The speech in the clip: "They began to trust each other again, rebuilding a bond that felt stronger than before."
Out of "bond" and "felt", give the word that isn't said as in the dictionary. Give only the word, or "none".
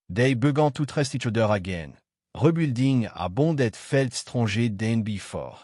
bond